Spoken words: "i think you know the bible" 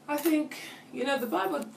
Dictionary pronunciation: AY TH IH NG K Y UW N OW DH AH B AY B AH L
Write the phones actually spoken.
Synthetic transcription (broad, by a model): AY TH IH NG K Y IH N OW DH AH B AY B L